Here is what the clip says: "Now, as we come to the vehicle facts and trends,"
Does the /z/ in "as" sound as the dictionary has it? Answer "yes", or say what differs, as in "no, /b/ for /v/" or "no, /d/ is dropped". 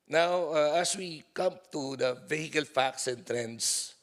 no, /s/ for /z/